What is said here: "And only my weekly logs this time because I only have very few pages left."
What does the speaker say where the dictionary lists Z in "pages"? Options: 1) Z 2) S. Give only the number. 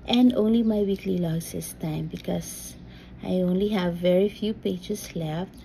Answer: 2